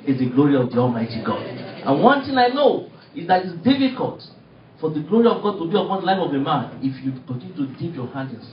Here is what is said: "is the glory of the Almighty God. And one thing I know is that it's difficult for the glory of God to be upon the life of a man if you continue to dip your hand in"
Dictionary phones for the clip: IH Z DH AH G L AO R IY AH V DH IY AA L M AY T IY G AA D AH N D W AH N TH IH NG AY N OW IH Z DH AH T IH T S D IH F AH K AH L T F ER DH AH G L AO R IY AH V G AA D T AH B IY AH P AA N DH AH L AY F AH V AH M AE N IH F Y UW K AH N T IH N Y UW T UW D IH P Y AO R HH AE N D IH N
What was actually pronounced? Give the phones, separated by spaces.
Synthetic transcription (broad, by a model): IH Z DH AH G L AO R IY AH V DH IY AA L M AY T IY G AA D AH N W AH N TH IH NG AY N OW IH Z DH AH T IH T S D IH F AH K AH L T F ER DH AH G L AO R IY AH V G AA D T AH B IY AH P AA N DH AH L AY F AH V AH M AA N IH F Y UW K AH N T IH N Y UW T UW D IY P Y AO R HH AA N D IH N